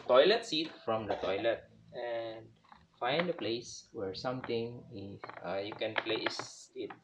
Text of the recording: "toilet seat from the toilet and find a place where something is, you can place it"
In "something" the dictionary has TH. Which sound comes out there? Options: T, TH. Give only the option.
T